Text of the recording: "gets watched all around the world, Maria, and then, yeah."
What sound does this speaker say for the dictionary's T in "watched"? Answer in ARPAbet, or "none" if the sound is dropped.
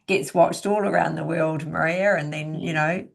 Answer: T